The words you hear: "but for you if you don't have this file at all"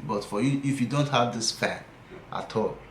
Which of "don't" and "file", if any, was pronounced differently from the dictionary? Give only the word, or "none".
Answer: file